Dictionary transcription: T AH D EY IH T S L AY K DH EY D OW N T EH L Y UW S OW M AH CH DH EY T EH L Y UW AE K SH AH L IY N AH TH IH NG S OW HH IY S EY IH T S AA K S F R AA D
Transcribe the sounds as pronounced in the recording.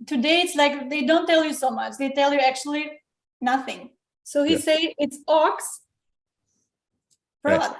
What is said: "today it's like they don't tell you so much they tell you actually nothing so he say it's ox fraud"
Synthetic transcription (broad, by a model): T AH D EY IH T S L AY K DH EY D OW N T EH L Y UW S OW M AH CH DH EY T EH L Y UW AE K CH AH L IY N AH TH IH NG S OW HH IY S EY IH T S AA K S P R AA